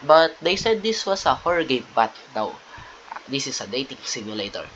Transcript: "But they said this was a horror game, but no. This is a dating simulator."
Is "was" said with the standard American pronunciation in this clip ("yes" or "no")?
no